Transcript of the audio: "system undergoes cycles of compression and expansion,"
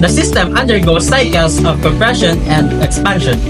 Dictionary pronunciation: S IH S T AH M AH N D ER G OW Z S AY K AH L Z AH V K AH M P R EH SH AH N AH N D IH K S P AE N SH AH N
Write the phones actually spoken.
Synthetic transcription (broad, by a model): S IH S T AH M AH N D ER G OW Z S AY K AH L S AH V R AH P R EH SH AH N AH N D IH K S P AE N SH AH N